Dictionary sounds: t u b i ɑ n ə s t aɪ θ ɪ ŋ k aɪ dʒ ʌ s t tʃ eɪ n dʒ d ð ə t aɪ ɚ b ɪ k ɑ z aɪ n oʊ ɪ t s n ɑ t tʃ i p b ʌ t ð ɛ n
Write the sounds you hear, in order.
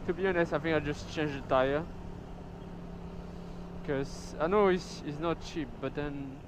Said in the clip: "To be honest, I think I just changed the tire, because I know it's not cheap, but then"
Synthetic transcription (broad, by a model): t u b i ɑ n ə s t aɪ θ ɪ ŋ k aɪ dʒ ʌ s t tʃ eɪ n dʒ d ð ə t aɪ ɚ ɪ k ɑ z aɪ n oʊ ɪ s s n ɑ t tʃ i p b ʌ t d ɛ n